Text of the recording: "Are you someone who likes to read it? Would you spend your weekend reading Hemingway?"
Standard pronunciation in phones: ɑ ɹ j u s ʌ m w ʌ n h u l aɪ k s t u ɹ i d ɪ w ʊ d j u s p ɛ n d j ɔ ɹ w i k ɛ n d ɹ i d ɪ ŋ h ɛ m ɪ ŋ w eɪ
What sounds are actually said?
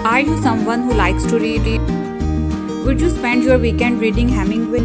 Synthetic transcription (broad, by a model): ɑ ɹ j u s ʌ m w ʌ n h u l aɪ k s t u ɹ i d ɪ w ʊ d j u s p ɛ n d j ɔ ɹ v i k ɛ n d ɹ i d ɪ ŋ h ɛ m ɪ ŋ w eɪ